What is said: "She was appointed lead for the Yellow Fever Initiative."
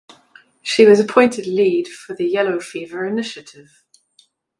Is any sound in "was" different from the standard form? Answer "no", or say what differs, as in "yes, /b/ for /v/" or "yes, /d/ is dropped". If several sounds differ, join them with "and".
no